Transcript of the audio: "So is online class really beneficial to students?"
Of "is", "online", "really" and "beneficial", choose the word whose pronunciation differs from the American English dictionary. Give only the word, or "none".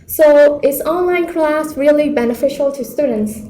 is